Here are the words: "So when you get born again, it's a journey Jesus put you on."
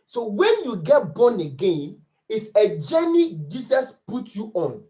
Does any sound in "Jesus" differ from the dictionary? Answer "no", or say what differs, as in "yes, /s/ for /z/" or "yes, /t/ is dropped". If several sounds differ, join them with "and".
yes, /s/ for /z/